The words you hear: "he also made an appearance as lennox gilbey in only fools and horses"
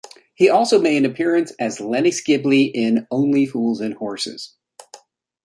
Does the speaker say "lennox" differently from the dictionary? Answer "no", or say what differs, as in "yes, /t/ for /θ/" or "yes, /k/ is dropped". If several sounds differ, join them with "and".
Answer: yes, /k/ is dropped